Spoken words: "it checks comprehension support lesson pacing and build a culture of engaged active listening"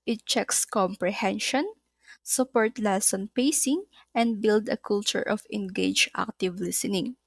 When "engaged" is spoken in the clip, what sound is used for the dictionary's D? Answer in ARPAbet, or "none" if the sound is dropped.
none